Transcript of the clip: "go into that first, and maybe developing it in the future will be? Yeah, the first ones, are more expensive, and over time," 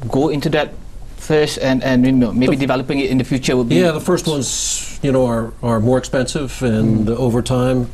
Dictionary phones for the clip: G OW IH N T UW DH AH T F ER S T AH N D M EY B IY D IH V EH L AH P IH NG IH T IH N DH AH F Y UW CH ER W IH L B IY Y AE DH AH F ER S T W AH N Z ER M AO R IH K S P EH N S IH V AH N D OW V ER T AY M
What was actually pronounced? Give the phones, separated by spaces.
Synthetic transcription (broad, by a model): G OW IH N T UW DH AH T F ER S T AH N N M EY B IY D IH V EH L AH P IH NG IH T IH N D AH F Y UW CH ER W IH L B IY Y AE DH AH F ER S T W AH N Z ER M AO R IH K S P EH N S IH V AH N OW V ER T AY M